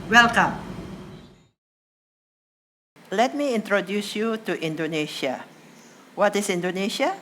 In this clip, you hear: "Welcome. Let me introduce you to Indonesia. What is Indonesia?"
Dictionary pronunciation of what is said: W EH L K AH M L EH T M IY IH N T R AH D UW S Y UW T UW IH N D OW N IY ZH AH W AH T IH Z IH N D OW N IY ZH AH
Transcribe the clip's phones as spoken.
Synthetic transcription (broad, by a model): W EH L K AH M L EH T M IY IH N T R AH D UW S Y UW T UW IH N D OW N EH SH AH W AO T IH S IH N D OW N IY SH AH